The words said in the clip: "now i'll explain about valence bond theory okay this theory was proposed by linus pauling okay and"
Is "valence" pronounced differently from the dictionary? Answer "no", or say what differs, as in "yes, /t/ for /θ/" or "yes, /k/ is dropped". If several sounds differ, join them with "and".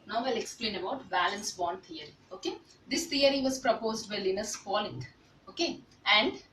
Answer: yes, /b/ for /v/